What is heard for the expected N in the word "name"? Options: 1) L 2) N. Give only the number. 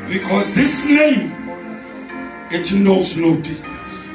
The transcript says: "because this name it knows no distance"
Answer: 2